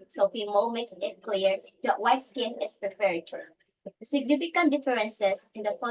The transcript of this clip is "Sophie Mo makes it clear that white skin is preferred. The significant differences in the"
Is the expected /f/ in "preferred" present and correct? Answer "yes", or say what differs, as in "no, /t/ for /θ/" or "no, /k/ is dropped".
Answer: no, /p/ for /f/